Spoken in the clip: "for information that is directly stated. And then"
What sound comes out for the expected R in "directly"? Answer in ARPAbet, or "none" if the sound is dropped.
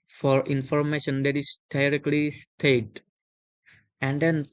R